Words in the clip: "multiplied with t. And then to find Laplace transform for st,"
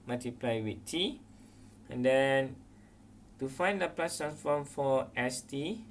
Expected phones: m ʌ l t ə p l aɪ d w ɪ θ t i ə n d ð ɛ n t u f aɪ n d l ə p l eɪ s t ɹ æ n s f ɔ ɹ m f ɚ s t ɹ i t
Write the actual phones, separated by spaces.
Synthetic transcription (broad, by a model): m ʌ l t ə p l aɪ w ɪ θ t i ə n d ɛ n t u f aɪ n d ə p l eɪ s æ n f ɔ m f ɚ s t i